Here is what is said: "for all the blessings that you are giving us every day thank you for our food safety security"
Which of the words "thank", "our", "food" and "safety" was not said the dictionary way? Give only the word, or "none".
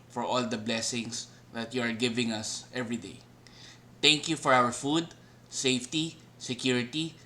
thank